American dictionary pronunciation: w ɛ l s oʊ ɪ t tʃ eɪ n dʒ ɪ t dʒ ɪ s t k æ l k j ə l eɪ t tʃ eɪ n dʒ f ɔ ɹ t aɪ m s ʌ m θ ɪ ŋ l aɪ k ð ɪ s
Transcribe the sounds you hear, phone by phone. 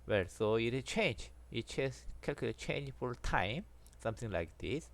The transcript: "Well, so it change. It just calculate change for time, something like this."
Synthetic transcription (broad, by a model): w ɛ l s oʊ ɪ t tʃ eɪ n dʒ ɪ t tʃ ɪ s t k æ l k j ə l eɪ tʃ eɪ n dʒ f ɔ l t aɪ m s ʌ m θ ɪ ŋ l aɪ k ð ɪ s